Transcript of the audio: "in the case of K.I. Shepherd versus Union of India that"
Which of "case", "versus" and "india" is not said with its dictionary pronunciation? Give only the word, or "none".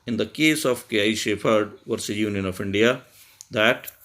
versus